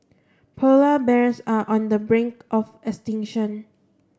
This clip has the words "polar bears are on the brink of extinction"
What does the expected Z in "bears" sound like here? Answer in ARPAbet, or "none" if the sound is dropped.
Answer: S